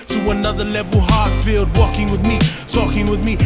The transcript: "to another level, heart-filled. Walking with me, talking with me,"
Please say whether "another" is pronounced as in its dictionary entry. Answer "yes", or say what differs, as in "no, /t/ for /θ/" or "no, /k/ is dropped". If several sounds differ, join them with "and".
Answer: yes